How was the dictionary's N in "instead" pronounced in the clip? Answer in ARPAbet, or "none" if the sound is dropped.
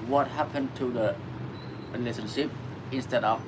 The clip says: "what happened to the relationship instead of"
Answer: N